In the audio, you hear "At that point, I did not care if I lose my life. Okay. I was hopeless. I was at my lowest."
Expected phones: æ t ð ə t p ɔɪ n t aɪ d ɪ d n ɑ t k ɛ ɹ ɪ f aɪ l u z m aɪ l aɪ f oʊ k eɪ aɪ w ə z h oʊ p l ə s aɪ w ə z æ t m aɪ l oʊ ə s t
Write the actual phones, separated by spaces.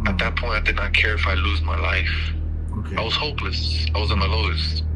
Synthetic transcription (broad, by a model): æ t ð ə t p ɔɪ n t aɪ d ɪ d n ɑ t k ɛ ɹ ɪ f aɪ l u z m aɪ l aɪ f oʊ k aɪ w ə z h oʊ p l ə s aɪ w ə z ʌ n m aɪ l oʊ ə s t